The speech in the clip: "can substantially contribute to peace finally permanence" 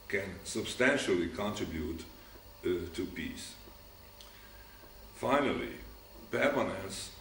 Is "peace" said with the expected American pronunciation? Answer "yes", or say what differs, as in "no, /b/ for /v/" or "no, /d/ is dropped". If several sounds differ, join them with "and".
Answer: yes